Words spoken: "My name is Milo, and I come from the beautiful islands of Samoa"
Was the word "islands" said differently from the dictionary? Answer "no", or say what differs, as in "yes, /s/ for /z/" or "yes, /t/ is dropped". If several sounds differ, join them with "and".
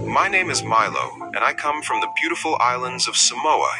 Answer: no